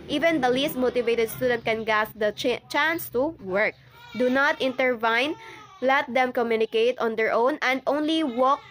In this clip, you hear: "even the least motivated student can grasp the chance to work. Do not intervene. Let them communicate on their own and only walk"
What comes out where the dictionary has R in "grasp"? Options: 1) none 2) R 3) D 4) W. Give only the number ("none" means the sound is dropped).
1